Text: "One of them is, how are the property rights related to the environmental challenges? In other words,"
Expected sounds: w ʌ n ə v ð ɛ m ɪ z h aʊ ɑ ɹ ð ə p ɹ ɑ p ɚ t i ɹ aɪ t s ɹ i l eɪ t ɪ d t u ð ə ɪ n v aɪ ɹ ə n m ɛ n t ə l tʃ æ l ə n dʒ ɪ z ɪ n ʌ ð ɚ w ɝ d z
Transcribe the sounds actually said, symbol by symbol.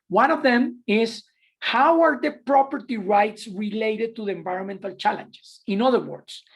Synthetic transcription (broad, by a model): w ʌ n ə v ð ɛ m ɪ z h aʊ ɑ ɹ ð ə p ɹ ɑ p ɚ t i ɹ aɪ t s ɹ i l eɪ t ɪ d t u ð ə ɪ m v aɪ ɹ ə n m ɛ n t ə l tʃ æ l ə n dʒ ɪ s ɪ n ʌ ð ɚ w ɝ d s